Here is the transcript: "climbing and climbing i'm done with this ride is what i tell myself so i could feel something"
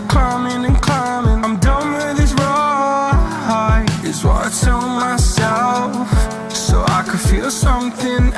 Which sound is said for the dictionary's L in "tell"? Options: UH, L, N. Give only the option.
N